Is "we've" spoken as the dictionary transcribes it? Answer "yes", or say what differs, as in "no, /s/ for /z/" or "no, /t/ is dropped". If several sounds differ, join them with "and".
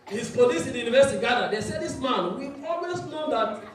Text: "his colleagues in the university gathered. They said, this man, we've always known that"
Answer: no, /v/ is dropped